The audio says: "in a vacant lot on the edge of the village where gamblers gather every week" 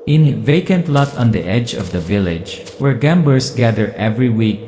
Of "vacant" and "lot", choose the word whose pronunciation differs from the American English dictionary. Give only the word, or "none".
none